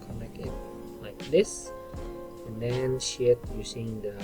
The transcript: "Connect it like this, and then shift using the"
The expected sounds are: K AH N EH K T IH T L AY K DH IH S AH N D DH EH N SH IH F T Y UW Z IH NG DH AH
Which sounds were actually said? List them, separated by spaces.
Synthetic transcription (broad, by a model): K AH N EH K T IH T L AY K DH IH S AH N D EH N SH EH T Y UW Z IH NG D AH